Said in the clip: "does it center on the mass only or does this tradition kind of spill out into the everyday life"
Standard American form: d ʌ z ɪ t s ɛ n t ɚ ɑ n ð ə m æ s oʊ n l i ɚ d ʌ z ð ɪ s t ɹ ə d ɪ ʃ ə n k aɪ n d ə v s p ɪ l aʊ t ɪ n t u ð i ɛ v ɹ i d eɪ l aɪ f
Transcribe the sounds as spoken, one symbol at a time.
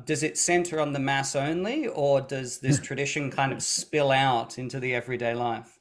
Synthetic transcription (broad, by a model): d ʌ z ɪ t s ɛ n t ɚ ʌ n ð ə m æ s oʊ n l i ɚ d ʌ z ð ɪ s t ɹ ə d ɪ ʃ ə n k aɪ n d ə v s p ɪ l aʊ t ɪ n t u ð i ɛ v ɹ i d eɪ l aɪ f